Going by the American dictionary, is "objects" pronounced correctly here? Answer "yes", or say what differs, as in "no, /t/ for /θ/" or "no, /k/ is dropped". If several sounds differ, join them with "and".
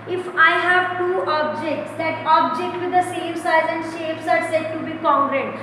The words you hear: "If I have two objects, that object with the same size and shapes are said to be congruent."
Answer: yes